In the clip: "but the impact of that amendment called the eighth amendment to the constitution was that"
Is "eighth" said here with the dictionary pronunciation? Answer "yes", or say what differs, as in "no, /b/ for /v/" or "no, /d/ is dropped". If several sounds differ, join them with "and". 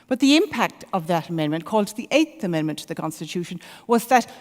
yes